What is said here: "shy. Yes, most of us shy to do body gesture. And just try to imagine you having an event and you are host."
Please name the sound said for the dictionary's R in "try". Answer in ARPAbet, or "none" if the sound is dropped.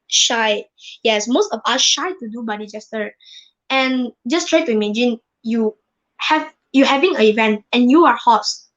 R